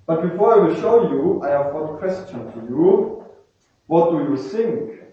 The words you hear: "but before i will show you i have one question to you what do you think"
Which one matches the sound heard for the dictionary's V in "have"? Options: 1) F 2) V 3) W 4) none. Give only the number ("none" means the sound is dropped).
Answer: 2